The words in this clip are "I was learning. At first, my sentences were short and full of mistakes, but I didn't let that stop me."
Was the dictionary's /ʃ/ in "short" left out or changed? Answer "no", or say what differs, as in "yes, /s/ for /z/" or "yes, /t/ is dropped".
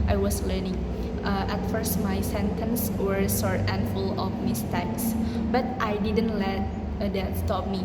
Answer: yes, /s/ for /ʃ/